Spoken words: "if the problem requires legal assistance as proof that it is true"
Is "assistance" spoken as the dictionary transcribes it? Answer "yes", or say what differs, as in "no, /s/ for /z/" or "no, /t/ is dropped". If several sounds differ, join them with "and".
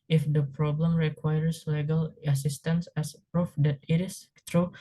yes